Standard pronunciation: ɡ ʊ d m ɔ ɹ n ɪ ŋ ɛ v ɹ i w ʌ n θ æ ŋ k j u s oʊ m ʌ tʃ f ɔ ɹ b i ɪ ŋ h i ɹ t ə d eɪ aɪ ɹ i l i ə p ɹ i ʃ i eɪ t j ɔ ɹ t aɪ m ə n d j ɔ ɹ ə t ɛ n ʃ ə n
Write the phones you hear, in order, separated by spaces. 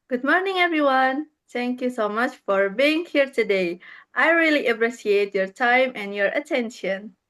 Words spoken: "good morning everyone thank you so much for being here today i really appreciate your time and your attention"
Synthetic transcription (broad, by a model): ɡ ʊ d m ɔ ɹ n ɪ ŋ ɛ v ɹ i w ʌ n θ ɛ ŋ k j u s oʊ m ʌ tʃ f ɔ ɹ b i ɪ ŋ h i ɹ t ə d eɪ aɪ ɹ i l i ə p ɹ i s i eɪ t j ɔ ɹ t aɪ m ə n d j ɔ ɹ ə t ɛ n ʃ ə n